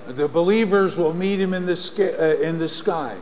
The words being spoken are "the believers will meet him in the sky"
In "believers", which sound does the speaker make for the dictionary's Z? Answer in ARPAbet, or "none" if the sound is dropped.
Z